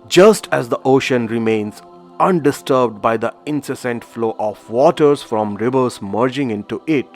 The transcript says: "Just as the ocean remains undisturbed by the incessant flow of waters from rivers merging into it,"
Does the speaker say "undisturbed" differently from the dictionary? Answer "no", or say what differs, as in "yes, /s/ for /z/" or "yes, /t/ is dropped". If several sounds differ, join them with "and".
no